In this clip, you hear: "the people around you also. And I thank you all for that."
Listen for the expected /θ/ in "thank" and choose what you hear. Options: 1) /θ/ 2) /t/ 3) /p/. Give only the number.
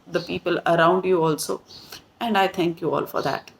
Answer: 2